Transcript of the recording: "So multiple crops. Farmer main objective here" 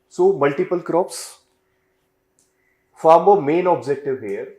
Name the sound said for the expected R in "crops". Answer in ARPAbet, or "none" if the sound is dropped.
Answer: R